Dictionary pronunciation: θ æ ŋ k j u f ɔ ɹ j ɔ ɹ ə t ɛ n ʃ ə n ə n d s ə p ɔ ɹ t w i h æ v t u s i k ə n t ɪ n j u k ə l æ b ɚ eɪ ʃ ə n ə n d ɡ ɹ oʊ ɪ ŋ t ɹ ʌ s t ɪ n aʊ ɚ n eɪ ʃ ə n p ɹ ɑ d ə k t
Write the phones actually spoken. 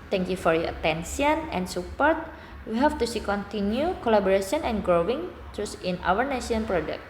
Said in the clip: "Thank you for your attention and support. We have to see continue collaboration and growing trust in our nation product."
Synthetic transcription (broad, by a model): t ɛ ŋ k j u f ɔ ɹ j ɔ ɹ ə t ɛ n s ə n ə n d s ə p ɔ ɹ t w i h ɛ f t u s i k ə n t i n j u k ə l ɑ b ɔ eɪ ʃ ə n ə n ɡ ɹ oʊ ɪ ŋ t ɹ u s ɪ n aʊ ɚ n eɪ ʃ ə n p ɹ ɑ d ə k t